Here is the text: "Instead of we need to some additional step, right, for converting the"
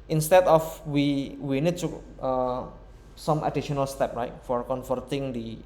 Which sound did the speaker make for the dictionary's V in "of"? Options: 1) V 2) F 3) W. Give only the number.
3